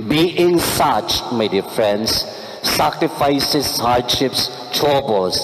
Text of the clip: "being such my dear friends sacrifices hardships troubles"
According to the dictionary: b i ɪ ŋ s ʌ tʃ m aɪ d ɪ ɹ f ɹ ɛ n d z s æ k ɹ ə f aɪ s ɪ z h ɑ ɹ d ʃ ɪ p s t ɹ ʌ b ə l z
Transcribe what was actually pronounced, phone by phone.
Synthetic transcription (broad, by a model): b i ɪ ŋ s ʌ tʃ m aɪ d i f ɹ ɹ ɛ n d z s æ k ɹ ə f aɪ s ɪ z h ɑ ɹ d ʃ ɪ p s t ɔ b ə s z